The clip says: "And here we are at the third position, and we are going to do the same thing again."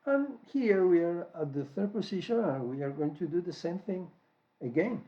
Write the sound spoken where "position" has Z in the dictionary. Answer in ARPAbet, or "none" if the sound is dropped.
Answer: S